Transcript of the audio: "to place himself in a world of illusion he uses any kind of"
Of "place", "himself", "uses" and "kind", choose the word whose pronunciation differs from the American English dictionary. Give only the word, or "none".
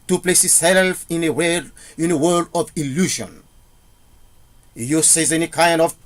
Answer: himself